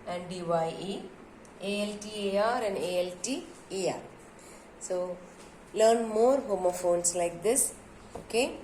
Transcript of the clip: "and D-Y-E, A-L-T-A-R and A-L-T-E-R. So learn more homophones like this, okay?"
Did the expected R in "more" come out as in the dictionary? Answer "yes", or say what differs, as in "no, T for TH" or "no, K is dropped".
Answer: yes